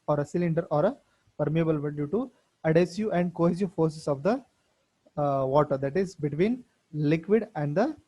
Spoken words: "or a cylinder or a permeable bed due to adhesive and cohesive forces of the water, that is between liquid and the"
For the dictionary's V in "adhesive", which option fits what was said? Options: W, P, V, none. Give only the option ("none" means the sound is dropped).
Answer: none